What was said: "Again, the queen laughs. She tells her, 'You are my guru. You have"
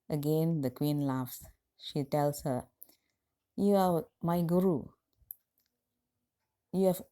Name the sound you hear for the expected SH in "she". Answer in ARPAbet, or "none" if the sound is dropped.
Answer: SH